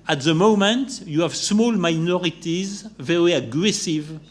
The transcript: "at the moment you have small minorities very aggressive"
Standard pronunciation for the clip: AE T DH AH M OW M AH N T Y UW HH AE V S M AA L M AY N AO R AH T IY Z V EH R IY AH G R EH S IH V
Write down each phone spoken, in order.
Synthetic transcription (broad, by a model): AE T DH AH M OW M AH N T Y UW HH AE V S M AA L M AY N AO R AH T IY Z V EH R IY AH G R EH S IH V